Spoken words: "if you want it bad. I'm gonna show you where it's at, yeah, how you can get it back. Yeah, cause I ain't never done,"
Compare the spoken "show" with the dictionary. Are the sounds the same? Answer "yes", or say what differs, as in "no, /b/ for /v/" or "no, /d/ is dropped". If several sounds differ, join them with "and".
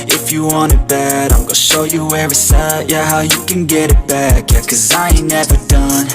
yes